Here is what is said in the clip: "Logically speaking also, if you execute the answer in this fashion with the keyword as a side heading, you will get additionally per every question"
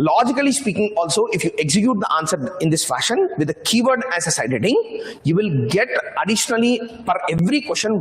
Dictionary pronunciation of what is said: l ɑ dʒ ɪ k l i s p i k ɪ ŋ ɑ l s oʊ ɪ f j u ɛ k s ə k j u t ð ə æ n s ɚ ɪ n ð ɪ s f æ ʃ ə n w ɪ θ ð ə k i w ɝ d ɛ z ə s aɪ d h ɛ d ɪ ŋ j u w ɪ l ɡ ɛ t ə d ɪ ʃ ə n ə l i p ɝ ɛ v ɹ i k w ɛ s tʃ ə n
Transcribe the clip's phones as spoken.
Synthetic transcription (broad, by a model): l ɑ dʒ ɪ k l i s p i k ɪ ŋ ɑ l s oʊ ɪ f j u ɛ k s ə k j u t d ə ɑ n s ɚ ɪ n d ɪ s f æ ʃ ə n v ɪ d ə k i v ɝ d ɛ s ə s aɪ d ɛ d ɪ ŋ j u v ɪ l ɡ ɛ t ə d ɪ ʃ ə n ə l i f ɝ ɛ v ɹ i k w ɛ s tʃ ə n